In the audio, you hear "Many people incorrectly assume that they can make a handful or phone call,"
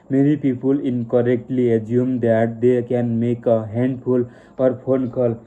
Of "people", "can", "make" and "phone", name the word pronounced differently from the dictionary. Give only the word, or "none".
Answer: phone